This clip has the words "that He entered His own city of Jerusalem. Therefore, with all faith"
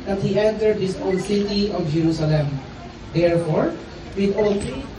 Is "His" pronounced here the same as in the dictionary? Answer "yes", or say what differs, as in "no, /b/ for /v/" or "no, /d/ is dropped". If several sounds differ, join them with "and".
no, /s/ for /z/